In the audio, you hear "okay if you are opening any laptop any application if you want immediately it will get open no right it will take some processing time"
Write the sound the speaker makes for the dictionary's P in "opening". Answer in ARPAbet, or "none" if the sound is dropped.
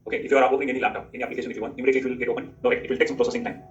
none